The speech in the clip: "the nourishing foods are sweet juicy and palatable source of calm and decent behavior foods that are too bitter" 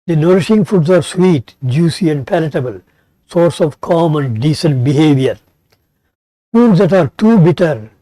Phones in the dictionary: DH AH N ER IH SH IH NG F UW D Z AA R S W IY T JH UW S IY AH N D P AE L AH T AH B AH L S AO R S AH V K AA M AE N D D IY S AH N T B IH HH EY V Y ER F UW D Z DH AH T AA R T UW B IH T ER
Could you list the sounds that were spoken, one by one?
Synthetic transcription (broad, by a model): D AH N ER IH SH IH NG F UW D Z AA R S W IY T JH UW S IY AH N D P AE L AH T AH B AH L S AO R S AH V K AA M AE N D D IY S AH N T B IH HH EY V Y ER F UW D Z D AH T AA R T UW B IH T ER